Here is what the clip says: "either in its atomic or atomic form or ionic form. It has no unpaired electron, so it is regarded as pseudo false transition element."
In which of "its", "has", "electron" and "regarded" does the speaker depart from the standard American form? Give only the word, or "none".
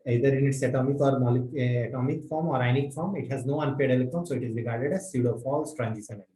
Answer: electron